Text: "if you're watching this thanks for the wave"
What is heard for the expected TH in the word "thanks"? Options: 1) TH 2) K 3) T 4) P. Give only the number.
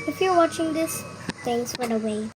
3